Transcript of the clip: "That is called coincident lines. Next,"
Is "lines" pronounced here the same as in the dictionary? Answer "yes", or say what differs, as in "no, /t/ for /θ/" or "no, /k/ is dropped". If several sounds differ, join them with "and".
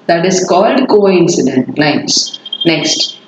no, /n/ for /l/